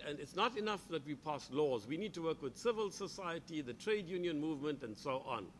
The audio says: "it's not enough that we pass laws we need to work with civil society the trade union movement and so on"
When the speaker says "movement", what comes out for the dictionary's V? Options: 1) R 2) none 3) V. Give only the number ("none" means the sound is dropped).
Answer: 3